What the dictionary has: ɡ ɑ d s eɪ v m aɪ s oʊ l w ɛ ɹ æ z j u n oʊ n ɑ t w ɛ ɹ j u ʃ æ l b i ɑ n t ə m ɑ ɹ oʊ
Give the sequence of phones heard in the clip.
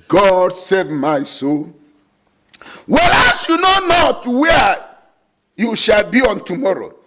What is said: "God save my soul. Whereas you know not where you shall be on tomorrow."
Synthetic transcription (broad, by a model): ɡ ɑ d s eɪ v m aɪ s oʊ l w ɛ l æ s j u n oʊ n ɑ t w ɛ j u ʃ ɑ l b i ɑ n t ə m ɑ ɹ oʊ